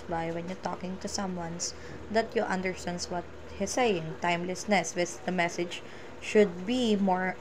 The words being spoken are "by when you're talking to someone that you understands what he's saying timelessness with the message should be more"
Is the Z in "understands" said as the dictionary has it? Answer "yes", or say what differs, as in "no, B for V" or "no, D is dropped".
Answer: no, S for Z